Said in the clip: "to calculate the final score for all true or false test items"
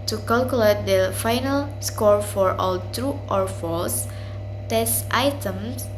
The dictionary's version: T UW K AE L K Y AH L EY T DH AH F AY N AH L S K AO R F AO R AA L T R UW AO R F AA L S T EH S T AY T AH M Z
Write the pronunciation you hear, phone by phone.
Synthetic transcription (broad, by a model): T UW K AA L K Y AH L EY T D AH F AY N AH L S K AO R F AO R AA L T R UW AO R F AA L S T EH S T AY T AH M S